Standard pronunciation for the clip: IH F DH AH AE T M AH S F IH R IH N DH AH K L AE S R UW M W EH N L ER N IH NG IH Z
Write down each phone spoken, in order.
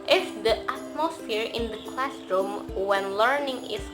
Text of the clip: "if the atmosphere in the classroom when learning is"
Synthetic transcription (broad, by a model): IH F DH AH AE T M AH S F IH R IH N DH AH K L AE S R UW M W EH N L ER N IH NG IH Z